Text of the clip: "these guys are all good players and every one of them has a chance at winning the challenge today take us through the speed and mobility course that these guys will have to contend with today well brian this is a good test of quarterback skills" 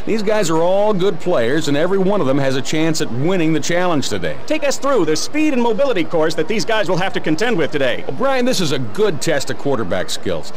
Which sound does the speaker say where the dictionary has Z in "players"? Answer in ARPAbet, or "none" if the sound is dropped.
Z